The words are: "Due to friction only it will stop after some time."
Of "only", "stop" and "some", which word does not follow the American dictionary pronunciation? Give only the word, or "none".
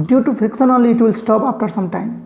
only